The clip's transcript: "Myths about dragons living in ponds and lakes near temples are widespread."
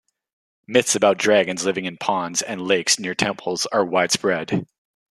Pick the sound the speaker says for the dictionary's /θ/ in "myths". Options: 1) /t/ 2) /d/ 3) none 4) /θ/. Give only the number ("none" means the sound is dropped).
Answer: 4